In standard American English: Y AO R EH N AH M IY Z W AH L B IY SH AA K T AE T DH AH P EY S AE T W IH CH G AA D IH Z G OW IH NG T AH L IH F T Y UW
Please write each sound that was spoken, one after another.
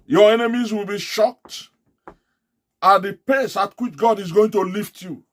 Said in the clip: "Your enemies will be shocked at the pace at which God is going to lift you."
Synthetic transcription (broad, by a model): Y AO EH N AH M IY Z W AH L B IY SH AA K T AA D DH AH P EY S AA T W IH CH G AA D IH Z G OW IH NG T AH L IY F T Y UW